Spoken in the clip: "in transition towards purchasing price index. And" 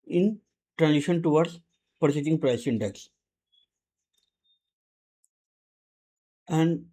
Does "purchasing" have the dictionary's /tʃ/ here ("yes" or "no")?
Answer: no